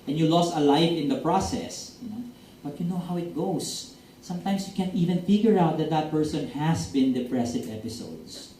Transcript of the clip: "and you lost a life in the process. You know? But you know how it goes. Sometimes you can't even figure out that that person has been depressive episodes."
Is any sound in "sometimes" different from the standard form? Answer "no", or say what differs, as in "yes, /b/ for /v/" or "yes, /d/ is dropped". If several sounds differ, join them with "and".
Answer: yes, /s/ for /z/